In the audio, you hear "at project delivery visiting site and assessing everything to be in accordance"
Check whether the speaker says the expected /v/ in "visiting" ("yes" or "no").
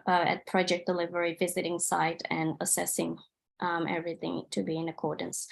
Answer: yes